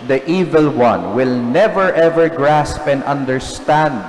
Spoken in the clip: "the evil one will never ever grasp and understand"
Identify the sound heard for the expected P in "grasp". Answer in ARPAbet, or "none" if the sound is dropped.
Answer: P